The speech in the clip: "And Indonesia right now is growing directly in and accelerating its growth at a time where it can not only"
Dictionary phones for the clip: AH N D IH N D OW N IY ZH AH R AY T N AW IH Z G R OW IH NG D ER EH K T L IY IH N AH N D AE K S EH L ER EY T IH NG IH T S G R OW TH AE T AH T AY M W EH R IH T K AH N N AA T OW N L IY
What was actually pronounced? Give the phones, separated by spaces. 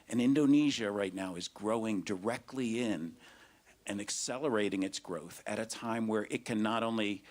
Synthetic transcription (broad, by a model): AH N IH N D OW N IY ZH AH R AY T N AW IH Z G R OW IH NG D ER EH K T L IY IH N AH N AE K S EH L ER EY T IH NG IH T S G R OW TH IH T AH T AY M W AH R IH T K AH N N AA T OW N L IY